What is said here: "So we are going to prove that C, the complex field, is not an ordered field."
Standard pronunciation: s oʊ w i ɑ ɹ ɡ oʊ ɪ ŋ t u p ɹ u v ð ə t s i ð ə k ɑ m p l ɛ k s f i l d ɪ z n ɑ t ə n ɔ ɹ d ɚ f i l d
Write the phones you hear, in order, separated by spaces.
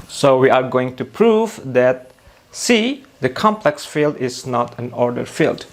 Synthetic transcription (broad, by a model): s oʊ w i ɑ ɹ ɡ oʊ ɪ ŋ t u p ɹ u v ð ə t s i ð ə k ɑ m p l ɛ k s f i l d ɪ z n ɑ t ə n ɔ ɹ d ɚ f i l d